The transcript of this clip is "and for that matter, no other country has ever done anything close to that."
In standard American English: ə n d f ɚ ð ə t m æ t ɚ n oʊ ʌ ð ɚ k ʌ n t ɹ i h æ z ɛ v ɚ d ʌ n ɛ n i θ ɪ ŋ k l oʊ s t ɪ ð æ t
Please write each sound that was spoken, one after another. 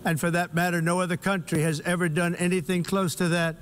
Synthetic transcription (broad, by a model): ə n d f ɚ ð ə t m æ t ɚ n oʊ ʌ ð ɚ k ʌ n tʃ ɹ i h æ z ɛ v ɚ d ʌ n ɛ n i θ ɪ ŋ k l oʊ s t ɪ ð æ t